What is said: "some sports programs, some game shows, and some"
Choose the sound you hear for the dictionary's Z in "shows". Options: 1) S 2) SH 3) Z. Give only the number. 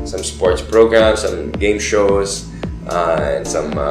1